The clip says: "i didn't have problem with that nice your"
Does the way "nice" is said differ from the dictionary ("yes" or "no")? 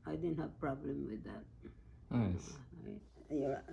yes